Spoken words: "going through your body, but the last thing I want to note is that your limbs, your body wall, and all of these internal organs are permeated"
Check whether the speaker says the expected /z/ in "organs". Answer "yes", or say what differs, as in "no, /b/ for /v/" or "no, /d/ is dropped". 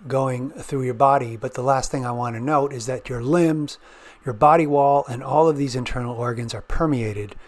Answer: yes